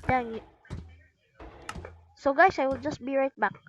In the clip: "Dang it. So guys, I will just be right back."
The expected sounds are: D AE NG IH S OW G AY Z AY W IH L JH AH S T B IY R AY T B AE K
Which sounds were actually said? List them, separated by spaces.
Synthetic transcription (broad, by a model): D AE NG IH S OW G AY S AY W IH L JH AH S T B IY R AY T B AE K